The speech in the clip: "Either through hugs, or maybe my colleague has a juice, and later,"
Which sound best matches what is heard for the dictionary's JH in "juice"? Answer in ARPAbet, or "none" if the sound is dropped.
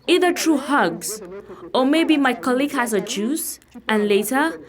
JH